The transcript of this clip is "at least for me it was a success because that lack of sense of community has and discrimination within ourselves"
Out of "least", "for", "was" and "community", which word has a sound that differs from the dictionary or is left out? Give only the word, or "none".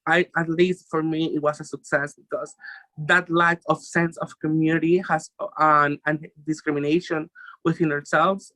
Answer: was